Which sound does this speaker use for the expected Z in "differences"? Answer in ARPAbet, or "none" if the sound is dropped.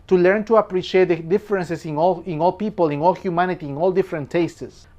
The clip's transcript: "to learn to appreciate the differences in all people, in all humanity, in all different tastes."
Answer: S